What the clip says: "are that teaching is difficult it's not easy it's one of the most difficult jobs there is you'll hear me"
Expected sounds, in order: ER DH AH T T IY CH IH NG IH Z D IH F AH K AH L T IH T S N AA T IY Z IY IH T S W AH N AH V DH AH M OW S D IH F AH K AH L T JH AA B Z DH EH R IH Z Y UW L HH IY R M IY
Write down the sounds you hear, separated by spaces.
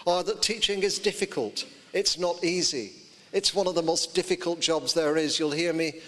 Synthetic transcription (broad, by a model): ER DH AH T T IY CH IH NG IH Z D IH F AH K AH L T IH T S N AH T IY Z IY IH T S W AH N AH V DH AH M OW S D IH F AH K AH L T JH AA B Z DH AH R IH Z Y UW L HH IY R M IY